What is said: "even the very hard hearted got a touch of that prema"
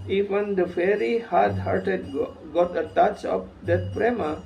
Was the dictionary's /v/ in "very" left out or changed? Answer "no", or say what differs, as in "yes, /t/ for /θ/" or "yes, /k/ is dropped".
yes, /f/ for /v/